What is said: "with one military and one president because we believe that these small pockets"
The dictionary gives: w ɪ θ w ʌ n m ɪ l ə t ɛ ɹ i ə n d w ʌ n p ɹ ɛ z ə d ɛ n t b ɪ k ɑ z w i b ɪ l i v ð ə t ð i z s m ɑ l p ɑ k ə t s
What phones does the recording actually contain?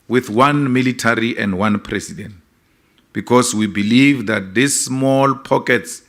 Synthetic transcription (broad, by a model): w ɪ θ w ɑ n m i l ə t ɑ ɹ i ə n d w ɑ n p ɹ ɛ s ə d ɛ n t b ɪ k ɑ s w i b ɪ l i v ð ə t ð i s m ɑ l p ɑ k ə t s